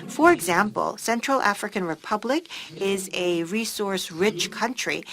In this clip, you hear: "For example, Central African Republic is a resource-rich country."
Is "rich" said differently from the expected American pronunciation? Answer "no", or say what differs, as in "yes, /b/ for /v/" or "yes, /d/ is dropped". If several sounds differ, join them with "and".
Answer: no